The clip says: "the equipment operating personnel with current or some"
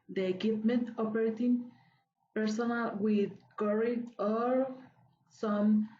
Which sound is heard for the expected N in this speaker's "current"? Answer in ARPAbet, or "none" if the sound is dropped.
none